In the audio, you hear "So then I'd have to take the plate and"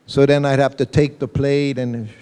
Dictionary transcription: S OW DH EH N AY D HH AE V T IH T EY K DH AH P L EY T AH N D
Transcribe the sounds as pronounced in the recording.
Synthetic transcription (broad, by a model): S OW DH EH N AY HH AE F T IH T EY K DH AH P L EY T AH N